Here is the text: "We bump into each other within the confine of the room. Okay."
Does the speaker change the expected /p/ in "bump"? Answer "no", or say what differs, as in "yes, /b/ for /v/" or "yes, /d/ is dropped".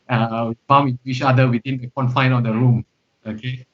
yes, /p/ is dropped